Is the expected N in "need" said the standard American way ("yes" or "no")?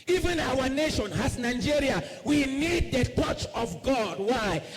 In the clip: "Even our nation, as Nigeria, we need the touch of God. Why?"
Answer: yes